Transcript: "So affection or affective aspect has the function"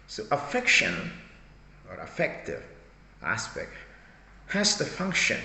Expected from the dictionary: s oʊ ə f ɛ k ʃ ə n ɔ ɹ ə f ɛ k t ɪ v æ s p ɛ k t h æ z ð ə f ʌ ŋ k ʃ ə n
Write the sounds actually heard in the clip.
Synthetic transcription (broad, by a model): s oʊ ə f ɛ k ʃ ə n ɔ ɹ ə f ɛ k t ɪ v æ s p ɛ k t h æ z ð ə f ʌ ŋ k ʃ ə n